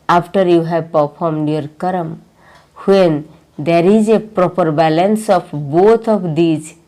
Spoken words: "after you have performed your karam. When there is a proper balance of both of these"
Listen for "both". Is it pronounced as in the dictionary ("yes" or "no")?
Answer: no